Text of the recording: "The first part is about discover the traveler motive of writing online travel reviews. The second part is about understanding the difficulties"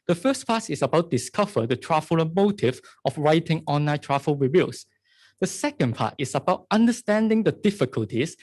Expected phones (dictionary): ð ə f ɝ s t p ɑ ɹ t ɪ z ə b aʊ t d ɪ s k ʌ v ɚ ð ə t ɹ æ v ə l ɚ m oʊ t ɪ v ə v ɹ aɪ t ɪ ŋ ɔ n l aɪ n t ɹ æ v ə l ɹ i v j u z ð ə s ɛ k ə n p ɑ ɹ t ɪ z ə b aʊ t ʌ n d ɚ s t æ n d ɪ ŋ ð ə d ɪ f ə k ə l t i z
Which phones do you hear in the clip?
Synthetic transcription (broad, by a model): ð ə f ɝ s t p ɑ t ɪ s ə b aʊ t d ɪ s k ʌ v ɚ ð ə t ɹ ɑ f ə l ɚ m oʊ t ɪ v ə f ɹ aɪ t ɪ ŋ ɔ n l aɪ t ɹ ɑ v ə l ɹ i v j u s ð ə s ɛ k ə n p ɑ t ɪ s ə b aʊ t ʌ n d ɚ s t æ n d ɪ ŋ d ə d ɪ f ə k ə l t i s